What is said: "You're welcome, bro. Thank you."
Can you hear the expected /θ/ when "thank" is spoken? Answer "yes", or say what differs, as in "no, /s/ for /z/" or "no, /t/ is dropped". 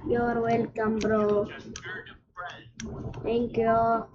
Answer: no, /t/ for /θ/